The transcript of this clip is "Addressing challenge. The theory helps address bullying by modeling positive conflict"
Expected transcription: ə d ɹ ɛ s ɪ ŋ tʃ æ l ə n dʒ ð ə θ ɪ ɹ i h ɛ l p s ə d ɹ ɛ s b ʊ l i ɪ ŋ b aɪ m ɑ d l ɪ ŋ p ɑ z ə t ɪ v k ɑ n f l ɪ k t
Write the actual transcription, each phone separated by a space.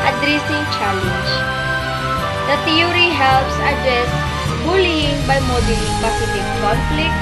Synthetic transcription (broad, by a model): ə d ɹ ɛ s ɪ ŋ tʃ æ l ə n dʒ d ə t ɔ ɹ i h ɛ l p s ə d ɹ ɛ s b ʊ l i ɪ ŋ b aɪ m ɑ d ɪ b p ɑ s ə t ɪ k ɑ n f l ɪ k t